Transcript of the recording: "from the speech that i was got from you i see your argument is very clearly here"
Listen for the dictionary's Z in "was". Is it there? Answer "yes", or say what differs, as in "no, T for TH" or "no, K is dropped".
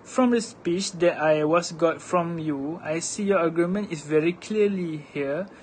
no, S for Z